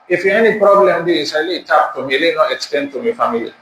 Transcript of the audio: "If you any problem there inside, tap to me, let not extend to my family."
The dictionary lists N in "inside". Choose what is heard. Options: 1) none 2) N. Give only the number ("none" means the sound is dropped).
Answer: 1